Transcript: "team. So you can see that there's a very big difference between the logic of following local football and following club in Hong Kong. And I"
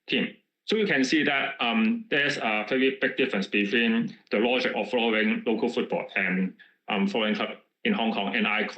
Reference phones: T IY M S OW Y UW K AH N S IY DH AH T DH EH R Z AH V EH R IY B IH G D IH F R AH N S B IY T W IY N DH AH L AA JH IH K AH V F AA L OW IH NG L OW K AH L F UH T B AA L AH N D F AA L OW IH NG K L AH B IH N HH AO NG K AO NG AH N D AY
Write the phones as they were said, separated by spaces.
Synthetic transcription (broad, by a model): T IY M S OW Y UW K AH N S IY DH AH T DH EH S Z AH P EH IY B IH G D IH F R AH N S B IY T W IY N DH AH L AA JH IH K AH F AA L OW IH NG L OW K AH L F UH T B AA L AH N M F AA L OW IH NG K L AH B IH N HH AO NG K AO NG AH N AY